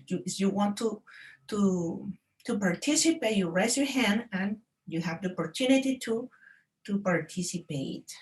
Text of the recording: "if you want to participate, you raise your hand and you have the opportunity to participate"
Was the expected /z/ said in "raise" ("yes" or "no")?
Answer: no